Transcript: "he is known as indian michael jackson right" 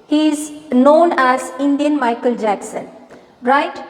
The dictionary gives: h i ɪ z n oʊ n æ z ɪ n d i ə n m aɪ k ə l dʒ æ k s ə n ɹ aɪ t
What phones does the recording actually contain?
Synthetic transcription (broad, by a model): h i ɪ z n oʊ n æ z ɪ n d i ə n m aɪ k ə l dʒ æ k s ə n ɹ aɪ t